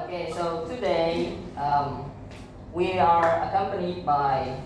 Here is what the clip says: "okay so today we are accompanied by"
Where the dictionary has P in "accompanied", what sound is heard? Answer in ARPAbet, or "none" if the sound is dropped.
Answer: P